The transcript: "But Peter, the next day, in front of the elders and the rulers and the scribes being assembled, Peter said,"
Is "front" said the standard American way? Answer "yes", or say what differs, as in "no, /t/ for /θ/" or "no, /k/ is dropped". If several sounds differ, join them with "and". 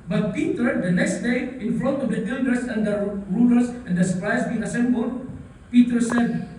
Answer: no, /l/ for /ɹ/ and /n/ is dropped